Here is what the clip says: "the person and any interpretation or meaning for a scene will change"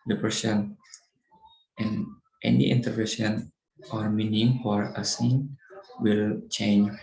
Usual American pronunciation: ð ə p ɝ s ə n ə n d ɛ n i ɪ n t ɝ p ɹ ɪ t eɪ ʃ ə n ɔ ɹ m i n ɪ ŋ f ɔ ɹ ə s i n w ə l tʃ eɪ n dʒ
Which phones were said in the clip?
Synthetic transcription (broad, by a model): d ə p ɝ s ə n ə n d ɛ n i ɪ n t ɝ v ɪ s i ə n ɔ ɹ m i n ɪ ŋ f ɔ ɹ ə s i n w ə l tʃ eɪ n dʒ